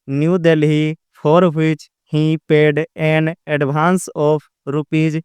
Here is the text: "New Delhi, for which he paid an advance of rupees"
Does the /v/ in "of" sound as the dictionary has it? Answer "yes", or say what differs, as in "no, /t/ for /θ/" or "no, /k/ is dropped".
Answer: no, /p/ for /v/